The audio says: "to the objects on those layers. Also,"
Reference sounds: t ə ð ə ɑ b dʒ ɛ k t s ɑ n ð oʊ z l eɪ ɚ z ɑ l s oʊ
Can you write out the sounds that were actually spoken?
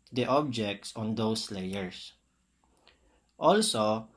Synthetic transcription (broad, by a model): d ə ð ɑ b dʒ ɛ k t s ɑ n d oʊ s l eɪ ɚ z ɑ l s oʊ